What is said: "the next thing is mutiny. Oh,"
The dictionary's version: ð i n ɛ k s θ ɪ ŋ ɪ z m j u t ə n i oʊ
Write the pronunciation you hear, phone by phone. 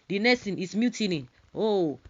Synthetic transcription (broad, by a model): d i n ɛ s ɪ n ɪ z m j u t ə n i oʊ